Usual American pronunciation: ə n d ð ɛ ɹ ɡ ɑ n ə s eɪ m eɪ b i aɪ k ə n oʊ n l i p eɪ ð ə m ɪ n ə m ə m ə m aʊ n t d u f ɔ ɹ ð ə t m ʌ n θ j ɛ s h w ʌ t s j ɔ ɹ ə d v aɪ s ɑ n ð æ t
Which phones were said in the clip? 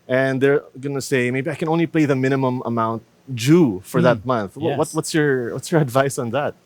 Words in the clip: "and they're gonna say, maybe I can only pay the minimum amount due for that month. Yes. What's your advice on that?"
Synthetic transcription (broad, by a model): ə n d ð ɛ ɹ ɡ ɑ n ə s eɪ m eɪ b i aɪ k ə n oʊ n l i p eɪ ð ə m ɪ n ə m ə m ə m aʊ n t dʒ u f ɔ ɹ ð ə t m ʌ n θ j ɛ s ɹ w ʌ t s j ɔ ɹ ə d v aɪ s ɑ n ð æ t